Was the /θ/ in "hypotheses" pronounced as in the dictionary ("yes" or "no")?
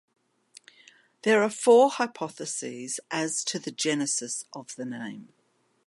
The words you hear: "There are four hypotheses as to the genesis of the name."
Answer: yes